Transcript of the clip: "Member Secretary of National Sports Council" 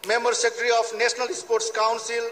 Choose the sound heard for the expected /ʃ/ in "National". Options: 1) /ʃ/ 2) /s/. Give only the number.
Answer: 2